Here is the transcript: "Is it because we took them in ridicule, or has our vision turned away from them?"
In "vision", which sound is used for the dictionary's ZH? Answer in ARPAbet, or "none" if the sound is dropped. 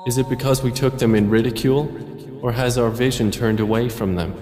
ZH